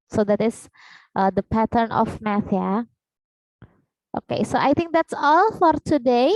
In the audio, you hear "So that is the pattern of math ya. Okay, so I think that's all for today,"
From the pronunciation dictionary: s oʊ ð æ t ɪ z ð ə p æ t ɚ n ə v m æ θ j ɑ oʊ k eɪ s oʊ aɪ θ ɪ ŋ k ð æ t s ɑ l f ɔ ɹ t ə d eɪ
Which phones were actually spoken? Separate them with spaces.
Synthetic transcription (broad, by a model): s oʊ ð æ t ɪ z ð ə p æ t ɚ n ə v m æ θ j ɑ oʊ k eɪ s oʊ aɪ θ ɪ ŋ k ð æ t s ɑ l f ɔ ɹ t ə d eɪ